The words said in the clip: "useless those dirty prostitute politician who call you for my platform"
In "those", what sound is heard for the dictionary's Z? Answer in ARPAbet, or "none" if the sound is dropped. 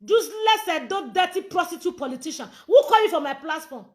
none